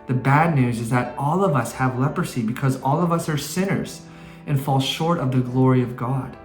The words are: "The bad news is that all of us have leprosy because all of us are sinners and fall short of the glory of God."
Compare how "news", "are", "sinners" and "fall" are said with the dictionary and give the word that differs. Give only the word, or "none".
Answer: none